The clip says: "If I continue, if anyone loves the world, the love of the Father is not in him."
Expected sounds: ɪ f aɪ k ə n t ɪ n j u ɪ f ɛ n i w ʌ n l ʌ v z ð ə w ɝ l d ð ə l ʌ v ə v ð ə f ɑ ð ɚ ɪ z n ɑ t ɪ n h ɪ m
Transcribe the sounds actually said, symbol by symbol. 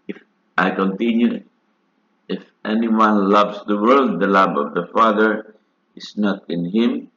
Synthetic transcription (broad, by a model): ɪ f aɪ k ə n t ɪ n j u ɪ f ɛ n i w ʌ n l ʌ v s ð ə w ɝ l d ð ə l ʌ b ə v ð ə f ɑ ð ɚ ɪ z n ɑ t ɪ n h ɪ m